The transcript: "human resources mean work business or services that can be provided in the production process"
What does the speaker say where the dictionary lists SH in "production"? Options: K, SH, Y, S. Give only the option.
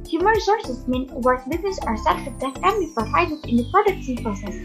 S